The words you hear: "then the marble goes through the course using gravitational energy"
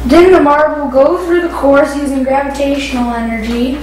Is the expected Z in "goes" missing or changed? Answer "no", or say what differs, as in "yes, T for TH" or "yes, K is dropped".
yes, Z is dropped